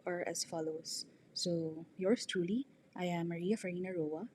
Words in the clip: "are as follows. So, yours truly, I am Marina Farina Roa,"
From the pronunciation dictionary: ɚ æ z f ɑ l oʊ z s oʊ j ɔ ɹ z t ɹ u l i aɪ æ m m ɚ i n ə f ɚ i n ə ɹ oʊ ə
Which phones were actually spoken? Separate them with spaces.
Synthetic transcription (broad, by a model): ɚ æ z f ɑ l oʊ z s oʊ j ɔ ɹ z t ɹ u l i aɪ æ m m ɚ i ə f ɚ i n ə ɹ oʊ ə